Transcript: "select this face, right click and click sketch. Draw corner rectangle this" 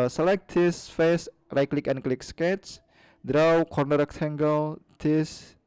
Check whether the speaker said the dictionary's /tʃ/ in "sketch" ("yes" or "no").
no